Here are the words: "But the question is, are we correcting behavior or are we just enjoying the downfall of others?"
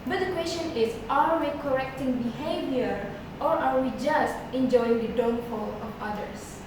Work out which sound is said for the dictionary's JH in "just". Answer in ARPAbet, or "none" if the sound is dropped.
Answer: JH